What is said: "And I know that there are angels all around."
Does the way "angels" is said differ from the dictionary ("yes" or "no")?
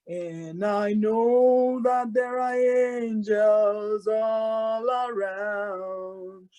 no